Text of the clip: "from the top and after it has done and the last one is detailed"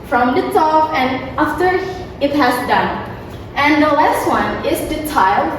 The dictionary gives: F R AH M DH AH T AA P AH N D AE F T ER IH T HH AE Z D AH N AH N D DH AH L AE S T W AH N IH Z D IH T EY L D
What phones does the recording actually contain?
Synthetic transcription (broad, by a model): F R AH M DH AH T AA F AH N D AE F T ER IH T HH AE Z D AH N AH N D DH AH L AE S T W AH N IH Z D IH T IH L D